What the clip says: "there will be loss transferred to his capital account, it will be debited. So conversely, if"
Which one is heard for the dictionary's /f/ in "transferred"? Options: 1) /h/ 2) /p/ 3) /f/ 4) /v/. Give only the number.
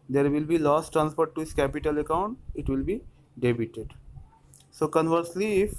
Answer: 2